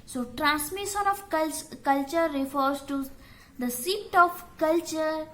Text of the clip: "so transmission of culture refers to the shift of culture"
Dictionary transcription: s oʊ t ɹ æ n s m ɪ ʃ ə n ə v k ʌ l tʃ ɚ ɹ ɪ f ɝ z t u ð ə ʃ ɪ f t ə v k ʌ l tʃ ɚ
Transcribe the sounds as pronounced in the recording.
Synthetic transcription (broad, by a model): s oʊ t ɹ æ n s m ɪ ʃ ə n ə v k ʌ l tʃ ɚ ɹ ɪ f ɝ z t u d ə s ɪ t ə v k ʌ l tʃ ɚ